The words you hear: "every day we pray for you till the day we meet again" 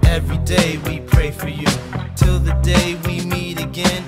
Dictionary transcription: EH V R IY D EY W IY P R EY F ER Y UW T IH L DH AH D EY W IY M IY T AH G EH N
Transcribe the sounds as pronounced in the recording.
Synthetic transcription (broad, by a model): EH V R IY D EY W IY P R EY F ER Y UW T IH L DH AH D EY W IY M IY T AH G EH N